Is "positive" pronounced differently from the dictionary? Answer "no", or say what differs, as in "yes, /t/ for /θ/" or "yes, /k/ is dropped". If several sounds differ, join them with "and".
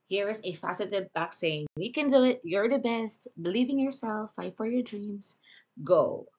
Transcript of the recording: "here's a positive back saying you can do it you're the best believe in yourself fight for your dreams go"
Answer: yes, /f/ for /p/ and /s/ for /z/